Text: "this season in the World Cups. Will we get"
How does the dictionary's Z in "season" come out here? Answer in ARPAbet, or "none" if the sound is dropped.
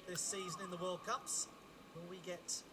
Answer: Z